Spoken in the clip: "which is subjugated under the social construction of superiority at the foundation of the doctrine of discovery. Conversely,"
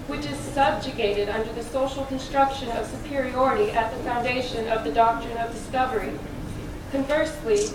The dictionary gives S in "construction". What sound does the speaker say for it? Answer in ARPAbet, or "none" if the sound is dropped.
S